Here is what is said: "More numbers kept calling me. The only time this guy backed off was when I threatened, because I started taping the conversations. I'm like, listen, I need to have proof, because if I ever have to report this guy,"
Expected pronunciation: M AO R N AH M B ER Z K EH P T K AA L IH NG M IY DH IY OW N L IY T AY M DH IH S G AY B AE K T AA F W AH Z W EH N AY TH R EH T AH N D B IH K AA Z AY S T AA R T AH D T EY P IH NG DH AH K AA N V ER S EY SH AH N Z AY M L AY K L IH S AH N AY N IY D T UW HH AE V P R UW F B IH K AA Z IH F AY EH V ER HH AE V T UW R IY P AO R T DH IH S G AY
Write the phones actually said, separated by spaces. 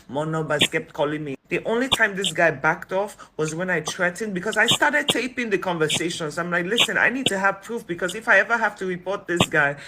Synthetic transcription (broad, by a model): M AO N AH B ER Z K EH P T K AA L IH NG M IY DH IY OW N L IY T AY M DH IH S G AY B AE K T AA F W AH Z W EH N AY T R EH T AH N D B IH K AA Z AY S T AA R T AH D T EY P IH NG DH AH K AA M V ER S EY SH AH N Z AY M L AY K L IH S AH N AY N IY D T UW HH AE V P R UW F B IH K AA Z IH F AY EH V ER HH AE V T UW R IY P AO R T DH IH S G AY